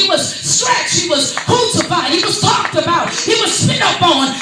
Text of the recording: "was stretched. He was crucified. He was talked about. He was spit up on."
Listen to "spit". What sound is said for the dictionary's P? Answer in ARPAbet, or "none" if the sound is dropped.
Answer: none